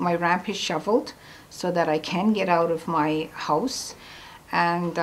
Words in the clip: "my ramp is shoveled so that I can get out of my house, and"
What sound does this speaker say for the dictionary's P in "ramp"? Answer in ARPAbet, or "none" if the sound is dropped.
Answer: P